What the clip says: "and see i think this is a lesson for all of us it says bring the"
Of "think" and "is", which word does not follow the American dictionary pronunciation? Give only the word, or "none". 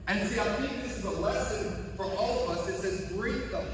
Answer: none